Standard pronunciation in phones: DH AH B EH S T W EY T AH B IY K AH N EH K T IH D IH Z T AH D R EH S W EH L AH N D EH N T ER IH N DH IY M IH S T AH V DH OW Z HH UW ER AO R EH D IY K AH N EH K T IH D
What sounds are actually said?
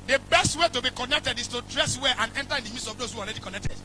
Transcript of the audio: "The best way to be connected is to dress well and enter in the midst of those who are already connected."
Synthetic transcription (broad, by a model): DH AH B EH S T W EY T AH B IY K AH N EH K T IH D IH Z T AH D R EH S W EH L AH N EH N T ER IH N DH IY M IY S AH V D OW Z HH UW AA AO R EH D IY K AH N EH K T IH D